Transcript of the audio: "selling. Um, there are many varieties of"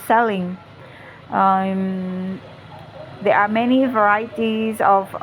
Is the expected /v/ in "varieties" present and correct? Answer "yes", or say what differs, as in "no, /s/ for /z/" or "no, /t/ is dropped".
yes